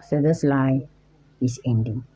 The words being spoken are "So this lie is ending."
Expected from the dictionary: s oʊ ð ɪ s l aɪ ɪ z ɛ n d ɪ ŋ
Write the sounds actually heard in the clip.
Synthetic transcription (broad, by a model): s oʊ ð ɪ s l aɪ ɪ s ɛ n d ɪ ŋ